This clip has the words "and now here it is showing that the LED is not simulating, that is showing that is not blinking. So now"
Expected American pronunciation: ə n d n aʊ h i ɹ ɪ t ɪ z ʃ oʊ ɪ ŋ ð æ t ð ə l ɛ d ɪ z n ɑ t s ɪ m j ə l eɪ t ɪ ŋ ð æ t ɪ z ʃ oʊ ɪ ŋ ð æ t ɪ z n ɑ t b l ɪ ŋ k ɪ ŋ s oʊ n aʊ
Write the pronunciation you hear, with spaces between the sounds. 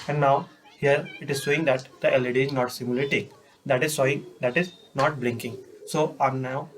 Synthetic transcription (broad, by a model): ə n d n aʊ h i ɹ ɪ t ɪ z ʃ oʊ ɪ ŋ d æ t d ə l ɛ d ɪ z n ɑ t s ɪ m j ə l eɪ t ɪ ŋ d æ t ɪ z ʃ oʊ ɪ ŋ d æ t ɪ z n ɑ t b l ɪ ŋ k ɪ ŋ s oʊ n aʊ